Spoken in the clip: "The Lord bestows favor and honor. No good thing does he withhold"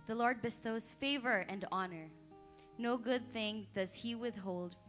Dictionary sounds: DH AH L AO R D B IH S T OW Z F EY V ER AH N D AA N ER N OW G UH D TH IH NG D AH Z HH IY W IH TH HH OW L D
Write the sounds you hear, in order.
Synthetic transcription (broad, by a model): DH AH L AO R D B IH S T OW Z F EY V ER AH N D AA N ER N OW G UH D TH IH NG D AH Z HH IY W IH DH HH OW L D